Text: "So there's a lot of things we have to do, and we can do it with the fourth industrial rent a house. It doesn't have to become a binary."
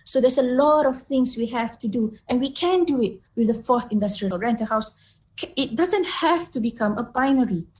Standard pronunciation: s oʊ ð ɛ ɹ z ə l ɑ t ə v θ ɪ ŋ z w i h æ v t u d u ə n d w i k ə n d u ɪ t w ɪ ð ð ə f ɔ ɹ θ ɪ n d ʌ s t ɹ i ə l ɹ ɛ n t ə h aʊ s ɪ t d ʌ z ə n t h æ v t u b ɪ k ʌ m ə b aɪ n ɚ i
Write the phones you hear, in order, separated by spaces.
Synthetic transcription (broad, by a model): s oʊ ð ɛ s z ə l ɑ t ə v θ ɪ ŋ s w i h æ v t u d u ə n w i k ə n d u ɪ t w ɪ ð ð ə f ɔ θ ɪ n d ʌ s t ɹ i ə l ɹ ɛ n t ə h aʊ s ɪ t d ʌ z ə n t h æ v t u b ɪ k ʌ m ə b aɪ n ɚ i